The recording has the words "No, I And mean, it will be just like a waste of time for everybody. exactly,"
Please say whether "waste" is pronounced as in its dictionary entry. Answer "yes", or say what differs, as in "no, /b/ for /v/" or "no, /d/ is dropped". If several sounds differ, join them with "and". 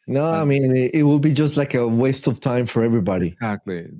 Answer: yes